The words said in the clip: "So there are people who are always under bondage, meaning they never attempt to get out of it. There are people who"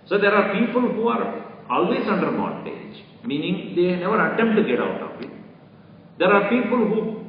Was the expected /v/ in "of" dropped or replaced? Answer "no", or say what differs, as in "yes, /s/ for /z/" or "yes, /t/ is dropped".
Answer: yes, /p/ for /v/